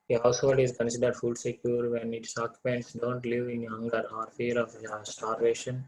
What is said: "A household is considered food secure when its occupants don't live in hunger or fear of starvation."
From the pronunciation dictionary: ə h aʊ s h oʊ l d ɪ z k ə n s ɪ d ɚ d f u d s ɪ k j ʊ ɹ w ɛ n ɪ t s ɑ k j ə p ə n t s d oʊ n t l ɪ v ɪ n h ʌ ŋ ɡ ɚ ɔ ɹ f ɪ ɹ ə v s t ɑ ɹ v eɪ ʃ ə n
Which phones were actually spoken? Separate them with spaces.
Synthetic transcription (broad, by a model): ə h aʊ s h oʊ l d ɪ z k ə n s ɪ d ɚ d f u d s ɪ k j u ɹ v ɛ n ɪ t s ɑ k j p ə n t s d oʊ n t l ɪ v ɪ n h ʌ ŋ ɡ ɚ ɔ ɹ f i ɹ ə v s t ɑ ɹ v eɪ ʃ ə n